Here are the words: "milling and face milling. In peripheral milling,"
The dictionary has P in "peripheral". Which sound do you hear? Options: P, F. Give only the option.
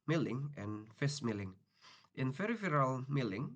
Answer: F